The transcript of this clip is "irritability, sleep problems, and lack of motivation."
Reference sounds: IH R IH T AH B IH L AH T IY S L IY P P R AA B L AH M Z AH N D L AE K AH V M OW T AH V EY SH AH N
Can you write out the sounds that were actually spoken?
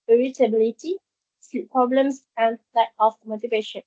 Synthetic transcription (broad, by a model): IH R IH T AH B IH L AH T IY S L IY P P R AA B L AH M S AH N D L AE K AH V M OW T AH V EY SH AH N